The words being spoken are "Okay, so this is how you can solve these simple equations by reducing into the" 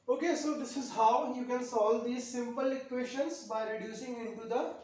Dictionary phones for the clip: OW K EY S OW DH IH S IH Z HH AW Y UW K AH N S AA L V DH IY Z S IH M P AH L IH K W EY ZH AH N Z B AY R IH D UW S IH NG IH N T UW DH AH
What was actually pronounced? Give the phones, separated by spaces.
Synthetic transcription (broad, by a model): OW K EY S OW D IH S IH Z HH AW Y UW K AH N S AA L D IY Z S IH M P AH L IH K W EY SH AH N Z B AY R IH D UW S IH NG IH N T UW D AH